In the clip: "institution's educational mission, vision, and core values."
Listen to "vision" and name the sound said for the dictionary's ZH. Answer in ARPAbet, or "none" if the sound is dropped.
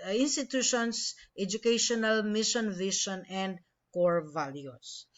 SH